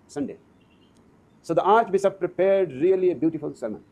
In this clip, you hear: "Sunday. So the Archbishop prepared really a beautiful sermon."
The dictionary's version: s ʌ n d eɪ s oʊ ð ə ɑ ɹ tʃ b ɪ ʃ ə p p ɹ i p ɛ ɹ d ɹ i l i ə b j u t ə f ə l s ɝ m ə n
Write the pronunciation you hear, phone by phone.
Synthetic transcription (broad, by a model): s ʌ n d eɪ s oʊ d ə ɑ ɹ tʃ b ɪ s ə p p ɹ i p ɛ ɹ d ɹ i l i ə b j u t ə f ə l s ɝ m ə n